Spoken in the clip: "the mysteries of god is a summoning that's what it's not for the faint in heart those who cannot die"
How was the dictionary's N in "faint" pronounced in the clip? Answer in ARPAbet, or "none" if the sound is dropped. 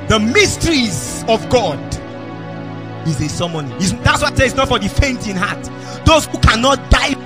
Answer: N